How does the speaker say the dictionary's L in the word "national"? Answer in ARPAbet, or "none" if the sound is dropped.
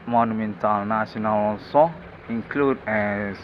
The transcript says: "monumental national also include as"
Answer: N